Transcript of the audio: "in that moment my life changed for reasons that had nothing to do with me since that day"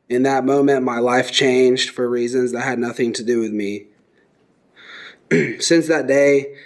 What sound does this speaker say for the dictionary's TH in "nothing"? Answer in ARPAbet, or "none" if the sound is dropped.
TH